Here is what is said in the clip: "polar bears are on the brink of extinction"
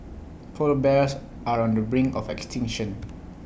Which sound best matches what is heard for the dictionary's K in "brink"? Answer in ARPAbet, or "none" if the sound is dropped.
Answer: none